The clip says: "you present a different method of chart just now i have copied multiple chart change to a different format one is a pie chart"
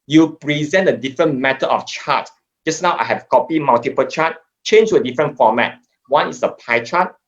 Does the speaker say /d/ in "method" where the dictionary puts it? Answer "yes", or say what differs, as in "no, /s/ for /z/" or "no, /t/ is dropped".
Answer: no, /d/ is dropped